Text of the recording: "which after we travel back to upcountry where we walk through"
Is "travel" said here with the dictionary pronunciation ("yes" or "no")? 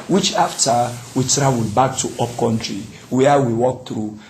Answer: no